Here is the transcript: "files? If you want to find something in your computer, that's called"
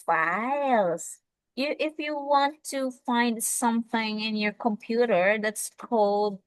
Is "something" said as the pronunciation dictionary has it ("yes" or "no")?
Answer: yes